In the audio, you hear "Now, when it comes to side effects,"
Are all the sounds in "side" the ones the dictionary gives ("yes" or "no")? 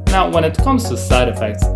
yes